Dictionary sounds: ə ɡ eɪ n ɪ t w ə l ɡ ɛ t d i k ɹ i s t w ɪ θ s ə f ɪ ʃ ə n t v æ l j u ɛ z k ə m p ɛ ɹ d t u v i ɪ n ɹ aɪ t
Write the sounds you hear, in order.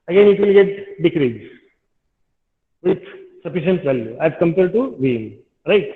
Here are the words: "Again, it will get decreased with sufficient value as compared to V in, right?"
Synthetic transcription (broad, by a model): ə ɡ eɪ n ɪ t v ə l ɡ ɛ t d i k ɹ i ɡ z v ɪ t s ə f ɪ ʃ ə n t v æ l j u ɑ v k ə m p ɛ l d t u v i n ɹ aɪ t